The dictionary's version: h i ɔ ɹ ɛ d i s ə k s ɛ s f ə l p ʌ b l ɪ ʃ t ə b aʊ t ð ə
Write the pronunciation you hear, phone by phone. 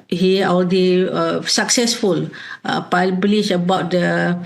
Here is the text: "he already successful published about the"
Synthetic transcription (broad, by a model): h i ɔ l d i s ə k s ɛ s f ə l p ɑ b l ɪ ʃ ə b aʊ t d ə